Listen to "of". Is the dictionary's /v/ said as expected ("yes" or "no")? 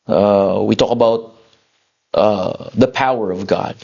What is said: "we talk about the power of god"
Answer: yes